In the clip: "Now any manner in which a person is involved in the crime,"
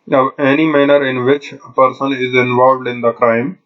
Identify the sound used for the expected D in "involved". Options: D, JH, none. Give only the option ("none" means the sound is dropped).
D